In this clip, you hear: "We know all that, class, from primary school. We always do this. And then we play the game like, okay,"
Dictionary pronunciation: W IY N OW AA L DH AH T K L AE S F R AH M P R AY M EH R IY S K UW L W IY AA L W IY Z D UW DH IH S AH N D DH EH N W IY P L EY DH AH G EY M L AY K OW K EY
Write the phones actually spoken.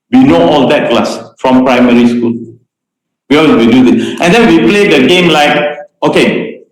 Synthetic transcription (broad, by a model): W IY N OW AA L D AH T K L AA S F R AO M P R AY M EH R IY S K UW L W IY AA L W IY D UW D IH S AH N D EH N W IY P L EY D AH G EY M L AY K OW K EY